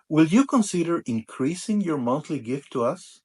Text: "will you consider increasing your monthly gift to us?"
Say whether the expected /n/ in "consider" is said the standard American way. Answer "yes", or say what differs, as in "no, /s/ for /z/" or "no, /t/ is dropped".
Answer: yes